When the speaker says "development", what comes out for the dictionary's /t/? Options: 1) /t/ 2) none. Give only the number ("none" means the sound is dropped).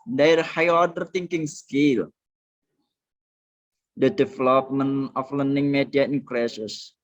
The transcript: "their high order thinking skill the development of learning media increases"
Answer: 2